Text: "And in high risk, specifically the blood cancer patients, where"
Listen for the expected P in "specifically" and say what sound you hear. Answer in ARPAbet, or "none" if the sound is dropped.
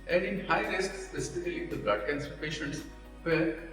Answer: none